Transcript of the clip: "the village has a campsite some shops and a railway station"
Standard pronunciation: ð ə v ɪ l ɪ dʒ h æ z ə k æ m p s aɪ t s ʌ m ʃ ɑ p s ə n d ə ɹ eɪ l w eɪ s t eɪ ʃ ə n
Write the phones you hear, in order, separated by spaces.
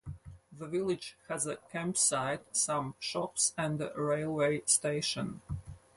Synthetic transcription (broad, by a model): ð ə v ɪ l ɪ dʒ h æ z ə k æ m p s aɪ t s ʌ m ʃ ɑ p s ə n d ə ɹ eɪ l w eɪ s t eɪ ʃ ə n